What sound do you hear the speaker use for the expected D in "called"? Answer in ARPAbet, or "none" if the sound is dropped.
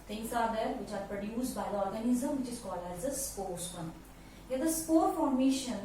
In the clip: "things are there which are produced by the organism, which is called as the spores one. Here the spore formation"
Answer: none